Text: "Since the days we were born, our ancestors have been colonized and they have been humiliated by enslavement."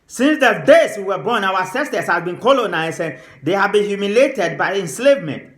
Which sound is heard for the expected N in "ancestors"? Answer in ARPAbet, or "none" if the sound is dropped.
none